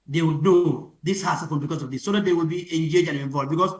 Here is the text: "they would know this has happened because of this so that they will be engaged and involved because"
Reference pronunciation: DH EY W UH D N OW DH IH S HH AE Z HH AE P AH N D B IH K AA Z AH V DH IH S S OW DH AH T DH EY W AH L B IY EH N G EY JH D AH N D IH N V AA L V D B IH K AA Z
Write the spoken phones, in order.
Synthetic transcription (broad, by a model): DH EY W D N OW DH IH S HH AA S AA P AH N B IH K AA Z AH V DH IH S S OW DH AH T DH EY W AH L B IY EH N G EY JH AH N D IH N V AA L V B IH K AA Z